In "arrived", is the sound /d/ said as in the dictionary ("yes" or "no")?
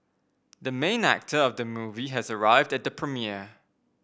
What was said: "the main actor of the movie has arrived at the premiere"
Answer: yes